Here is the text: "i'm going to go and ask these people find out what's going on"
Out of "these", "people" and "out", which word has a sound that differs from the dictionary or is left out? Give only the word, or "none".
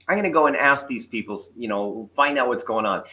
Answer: people